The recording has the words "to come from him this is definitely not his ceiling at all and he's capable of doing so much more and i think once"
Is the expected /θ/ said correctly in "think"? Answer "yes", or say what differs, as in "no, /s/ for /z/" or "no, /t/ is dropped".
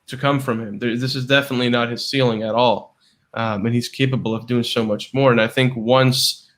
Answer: yes